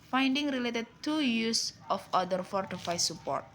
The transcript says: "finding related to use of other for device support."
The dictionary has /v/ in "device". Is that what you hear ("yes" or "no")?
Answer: no